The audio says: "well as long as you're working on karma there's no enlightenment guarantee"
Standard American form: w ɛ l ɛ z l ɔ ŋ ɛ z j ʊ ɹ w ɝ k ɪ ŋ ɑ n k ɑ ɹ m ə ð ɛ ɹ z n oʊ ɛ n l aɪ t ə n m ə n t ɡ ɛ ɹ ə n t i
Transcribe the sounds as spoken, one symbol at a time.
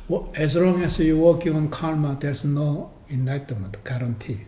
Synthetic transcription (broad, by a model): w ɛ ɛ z l ɔ ŋ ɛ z j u w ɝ k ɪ ŋ ɑ n k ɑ l m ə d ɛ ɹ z n oʊ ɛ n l aɪ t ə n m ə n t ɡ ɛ ɹ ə n t i